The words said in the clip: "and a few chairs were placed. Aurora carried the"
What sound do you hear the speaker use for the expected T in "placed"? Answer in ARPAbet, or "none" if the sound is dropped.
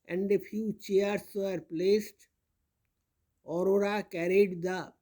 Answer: T